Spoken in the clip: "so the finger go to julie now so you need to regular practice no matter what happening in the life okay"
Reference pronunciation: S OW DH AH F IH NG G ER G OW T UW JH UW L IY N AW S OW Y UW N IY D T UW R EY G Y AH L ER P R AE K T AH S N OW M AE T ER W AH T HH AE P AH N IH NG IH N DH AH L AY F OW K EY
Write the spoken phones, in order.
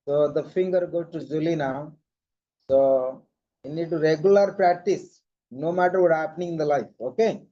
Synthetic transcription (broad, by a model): S OW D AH F IH NG G ER G OW T UW JH UW L IY N AW S OW Y UW N IY D T UW R EY G Y AH L ER P R AE K T AH S N OW M AE T ER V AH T HH AE P AH N IH NG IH N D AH L AY F OW K EY